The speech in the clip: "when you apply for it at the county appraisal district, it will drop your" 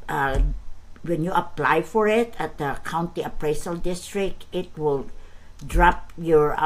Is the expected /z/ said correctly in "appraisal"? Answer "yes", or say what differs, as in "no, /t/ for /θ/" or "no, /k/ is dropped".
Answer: no, /s/ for /z/